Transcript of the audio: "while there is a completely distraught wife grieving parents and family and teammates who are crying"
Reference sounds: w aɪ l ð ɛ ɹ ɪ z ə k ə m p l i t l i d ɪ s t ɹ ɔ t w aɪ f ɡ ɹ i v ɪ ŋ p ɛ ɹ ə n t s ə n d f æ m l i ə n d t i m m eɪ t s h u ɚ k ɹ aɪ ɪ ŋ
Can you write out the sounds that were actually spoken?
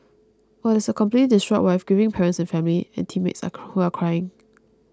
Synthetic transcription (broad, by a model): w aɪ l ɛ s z ə k ə m p l i t l i d ɪ s t ɹ ɔ t w aɪ f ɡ i v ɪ ŋ p ɛ ɹ ə n t s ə n f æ m l i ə n t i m m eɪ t s h u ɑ k ɹ aɪ ɪ ŋ